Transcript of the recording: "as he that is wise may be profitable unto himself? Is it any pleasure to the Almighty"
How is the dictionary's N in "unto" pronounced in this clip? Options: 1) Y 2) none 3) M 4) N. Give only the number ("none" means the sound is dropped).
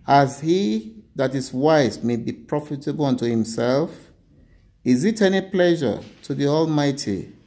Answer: 4